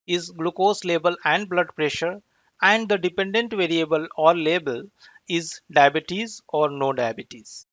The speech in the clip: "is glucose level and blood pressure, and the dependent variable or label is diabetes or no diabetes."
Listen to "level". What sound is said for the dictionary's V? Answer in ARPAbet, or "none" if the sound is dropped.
B